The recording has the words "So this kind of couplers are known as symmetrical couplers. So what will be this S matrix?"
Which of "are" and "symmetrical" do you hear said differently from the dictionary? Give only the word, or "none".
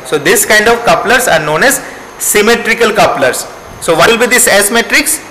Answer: none